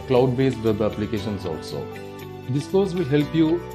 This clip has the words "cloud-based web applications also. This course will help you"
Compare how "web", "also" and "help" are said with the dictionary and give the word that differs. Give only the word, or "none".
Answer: web